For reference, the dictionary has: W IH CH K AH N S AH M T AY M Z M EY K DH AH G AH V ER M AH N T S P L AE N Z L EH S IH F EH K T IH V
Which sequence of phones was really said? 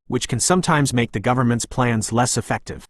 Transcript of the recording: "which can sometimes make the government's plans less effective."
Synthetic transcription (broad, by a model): W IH CH K AH N S AH M T AY M Z M EY K DH AH G AH V ER M AH N T S P L AE N Z L EH S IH F EH K T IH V